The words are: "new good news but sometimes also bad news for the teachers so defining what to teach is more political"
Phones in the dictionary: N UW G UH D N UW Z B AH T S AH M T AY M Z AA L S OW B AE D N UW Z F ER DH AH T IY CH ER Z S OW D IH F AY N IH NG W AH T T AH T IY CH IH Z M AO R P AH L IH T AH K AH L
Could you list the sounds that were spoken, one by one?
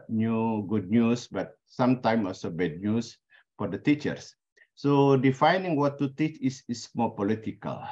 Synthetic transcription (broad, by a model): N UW G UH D N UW S B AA T S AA M T AY M AA L S OW B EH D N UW S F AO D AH T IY CH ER S OW D IH F AY N IH NG W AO T T AH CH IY S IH S M AO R P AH L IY T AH K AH L